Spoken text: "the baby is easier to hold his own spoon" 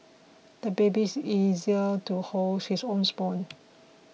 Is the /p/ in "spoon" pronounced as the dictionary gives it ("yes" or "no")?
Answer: no